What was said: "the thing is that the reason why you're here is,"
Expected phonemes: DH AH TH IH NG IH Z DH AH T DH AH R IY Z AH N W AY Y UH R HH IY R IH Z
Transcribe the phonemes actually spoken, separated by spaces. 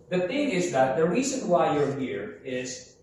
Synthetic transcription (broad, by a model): DH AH TH IH NG IH Z DH AH T DH AH R IY Z AH N W AY Y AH R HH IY R IH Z